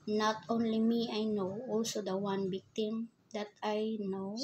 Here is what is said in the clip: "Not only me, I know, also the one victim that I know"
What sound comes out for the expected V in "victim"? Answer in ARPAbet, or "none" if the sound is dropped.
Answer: B